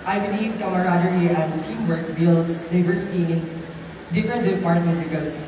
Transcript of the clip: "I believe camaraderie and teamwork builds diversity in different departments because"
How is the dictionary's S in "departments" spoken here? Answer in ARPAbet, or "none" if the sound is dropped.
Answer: none